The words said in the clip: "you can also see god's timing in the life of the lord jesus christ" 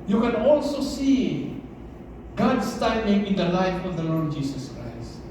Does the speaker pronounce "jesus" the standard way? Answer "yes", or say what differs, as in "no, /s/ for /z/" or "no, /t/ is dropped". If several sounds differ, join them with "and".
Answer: no, /s/ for /z/